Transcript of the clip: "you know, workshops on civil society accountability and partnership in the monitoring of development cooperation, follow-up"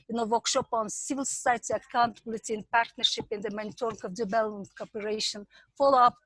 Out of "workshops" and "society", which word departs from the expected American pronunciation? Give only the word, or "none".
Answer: workshops